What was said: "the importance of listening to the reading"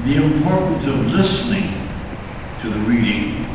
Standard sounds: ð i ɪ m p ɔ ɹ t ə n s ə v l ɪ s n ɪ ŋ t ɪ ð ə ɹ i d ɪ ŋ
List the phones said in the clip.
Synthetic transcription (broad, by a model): ð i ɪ m p ɔ ɹ t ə n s ə v l ɪ s n ɪ ŋ t ɪ ð ə ɹ i d ɪ ŋ